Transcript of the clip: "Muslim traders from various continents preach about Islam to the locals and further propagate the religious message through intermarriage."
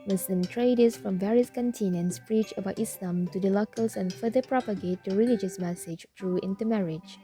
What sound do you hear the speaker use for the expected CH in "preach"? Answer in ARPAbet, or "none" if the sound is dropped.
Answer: CH